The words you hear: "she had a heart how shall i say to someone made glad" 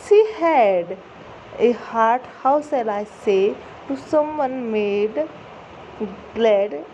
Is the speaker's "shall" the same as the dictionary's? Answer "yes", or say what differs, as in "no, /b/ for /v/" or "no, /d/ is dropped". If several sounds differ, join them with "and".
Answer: no, /s/ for /ʃ/